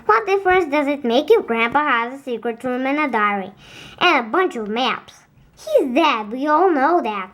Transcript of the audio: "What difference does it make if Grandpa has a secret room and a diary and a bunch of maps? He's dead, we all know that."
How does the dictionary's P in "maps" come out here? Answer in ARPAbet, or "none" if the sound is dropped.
P